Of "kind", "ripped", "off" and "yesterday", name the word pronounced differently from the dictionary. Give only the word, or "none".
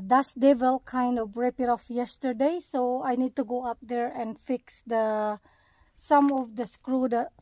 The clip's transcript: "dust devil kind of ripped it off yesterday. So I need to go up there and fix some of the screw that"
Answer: ripped